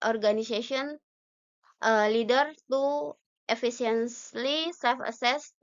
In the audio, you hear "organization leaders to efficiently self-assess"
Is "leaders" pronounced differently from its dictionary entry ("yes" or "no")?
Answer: yes